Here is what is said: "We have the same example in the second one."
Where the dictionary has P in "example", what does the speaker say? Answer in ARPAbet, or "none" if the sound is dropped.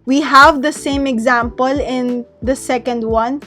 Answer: P